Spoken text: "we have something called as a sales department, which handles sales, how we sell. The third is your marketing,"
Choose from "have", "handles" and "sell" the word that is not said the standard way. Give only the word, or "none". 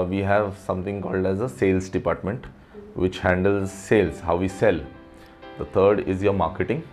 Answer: none